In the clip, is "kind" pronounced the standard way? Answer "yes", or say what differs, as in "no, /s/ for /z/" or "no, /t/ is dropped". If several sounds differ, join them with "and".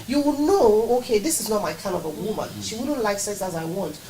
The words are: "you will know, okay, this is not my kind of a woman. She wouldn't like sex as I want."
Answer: no, /d/ is dropped